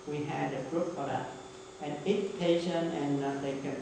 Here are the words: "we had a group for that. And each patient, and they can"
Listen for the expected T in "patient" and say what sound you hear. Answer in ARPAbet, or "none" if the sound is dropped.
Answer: none